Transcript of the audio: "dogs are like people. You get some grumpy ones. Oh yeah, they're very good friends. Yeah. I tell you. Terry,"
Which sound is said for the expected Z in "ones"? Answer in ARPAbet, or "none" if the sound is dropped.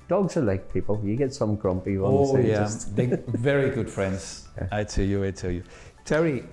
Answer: none